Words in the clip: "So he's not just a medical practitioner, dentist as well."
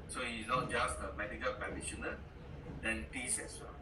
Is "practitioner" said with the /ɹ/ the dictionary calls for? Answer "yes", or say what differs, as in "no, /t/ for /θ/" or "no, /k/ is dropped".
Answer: no, /ɹ/ is dropped